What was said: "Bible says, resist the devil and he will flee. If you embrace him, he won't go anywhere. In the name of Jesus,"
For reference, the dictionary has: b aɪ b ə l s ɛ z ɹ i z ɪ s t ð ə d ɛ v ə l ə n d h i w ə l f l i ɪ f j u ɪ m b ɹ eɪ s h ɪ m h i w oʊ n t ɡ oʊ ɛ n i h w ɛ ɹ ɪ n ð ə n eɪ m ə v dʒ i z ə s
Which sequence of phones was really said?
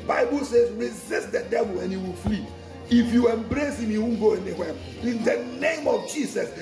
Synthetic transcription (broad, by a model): b aɪ b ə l s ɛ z ɹ i z ɪ s t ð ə d ɛ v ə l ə n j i w ə l f l i ɪ f j u ɪ m b ɹ eɪ s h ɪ m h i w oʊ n ɡ oʊ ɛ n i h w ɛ ɪ n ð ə n eɪ m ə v dʒ i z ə s